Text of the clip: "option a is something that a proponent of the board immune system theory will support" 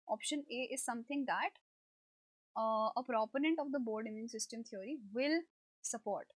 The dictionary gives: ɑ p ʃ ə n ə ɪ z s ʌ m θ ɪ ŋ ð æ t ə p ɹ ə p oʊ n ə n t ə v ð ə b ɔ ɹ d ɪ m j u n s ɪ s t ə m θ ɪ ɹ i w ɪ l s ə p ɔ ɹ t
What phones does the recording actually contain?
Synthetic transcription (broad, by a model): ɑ p ʃ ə n ə ɪ z s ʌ m t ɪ ŋ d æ t ə p ɹ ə p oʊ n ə n t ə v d ə b ɔ ɹ d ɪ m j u n s ɪ s t ə m t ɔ ɹ i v ɪ l s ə p ɔ ɹ t